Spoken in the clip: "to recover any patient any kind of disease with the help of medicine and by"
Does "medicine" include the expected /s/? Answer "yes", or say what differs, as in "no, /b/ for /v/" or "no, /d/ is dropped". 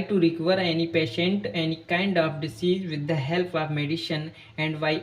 no, /ʃ/ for /s/